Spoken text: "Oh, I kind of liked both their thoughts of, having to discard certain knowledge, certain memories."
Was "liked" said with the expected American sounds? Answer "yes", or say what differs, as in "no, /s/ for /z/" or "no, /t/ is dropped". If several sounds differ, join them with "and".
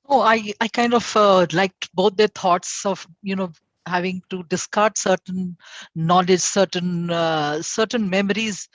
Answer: yes